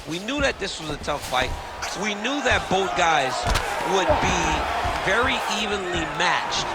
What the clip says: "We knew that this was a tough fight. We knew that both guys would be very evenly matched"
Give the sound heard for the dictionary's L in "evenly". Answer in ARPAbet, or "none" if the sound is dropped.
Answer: L